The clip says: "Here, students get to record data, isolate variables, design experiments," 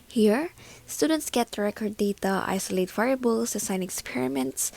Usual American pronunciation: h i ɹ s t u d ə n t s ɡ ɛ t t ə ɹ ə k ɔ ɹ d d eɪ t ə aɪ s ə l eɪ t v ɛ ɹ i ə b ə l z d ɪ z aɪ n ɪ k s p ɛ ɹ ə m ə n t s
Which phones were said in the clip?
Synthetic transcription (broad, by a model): h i ɹ s t u d ə n t s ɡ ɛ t t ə ɹ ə k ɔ ɹ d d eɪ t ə aɪ s ə l eɪ t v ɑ i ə b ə l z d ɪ s aɪ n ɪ k s p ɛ ɹ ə m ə n t s